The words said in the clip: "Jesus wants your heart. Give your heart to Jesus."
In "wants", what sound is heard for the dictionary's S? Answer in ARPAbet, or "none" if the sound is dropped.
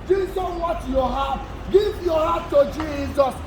none